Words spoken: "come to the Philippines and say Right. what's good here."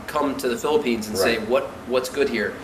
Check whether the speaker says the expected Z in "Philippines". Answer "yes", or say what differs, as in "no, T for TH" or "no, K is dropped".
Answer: yes